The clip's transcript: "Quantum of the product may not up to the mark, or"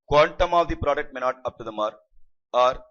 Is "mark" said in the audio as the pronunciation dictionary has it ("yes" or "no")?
no